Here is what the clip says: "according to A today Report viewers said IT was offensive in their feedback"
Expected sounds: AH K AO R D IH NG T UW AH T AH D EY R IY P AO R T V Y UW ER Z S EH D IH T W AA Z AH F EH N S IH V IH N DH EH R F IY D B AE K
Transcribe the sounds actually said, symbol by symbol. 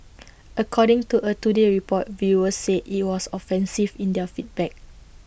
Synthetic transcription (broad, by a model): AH K AO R D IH NG T UW AH T AH D EY R IY P AO T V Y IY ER S EH IH T W AA S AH F EH N S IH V IH N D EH F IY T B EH K